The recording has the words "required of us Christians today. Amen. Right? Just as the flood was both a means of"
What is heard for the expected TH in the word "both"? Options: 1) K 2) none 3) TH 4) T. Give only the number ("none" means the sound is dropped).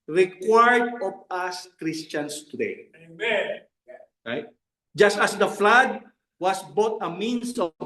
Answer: 4